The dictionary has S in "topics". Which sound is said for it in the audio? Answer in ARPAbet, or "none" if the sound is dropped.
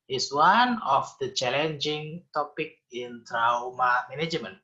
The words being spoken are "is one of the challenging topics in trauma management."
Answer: none